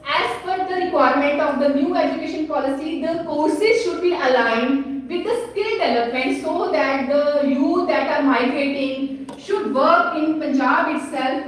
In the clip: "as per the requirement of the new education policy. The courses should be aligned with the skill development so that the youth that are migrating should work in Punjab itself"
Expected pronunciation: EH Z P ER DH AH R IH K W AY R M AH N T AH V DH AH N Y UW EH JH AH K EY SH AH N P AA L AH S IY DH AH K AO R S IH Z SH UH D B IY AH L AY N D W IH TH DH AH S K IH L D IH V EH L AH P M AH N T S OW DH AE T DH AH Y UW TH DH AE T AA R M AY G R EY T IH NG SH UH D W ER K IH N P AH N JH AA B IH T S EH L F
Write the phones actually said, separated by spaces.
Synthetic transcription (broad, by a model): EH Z F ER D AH R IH K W AY R M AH N T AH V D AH N Y UW EH JH AH K EY SH AH N P AA L AH S IY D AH K AO R S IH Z SH UH D B IY AH L AY N D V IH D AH S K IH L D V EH L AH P M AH N T S OW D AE T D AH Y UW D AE T AA R M AY G R EY T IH NG SH UH D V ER K IH N P AH N JH AA B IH T S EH L F